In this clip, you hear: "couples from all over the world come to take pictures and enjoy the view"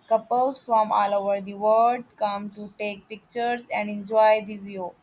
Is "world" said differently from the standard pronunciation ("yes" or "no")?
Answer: yes